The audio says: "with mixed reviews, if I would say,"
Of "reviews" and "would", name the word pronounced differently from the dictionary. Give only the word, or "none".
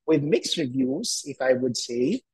none